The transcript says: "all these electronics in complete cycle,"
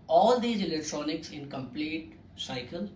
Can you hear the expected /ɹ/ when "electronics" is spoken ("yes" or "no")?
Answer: yes